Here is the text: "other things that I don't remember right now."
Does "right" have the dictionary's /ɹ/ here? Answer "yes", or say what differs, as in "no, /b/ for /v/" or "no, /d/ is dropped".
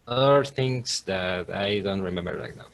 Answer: no, /l/ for /ɹ/